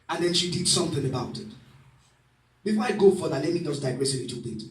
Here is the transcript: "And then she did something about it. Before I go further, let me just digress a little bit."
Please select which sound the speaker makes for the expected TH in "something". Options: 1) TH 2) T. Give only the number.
1